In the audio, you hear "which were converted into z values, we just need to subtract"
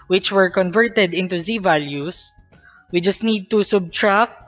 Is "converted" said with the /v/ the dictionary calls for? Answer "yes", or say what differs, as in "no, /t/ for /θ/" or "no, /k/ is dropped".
yes